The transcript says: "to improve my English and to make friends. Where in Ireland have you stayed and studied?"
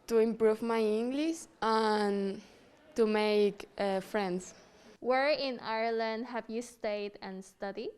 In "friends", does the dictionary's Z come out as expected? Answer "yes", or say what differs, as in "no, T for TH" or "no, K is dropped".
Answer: no, S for Z